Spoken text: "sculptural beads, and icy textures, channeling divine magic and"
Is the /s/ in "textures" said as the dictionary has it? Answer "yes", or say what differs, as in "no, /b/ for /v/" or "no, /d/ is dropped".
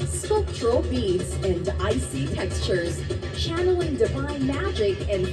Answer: yes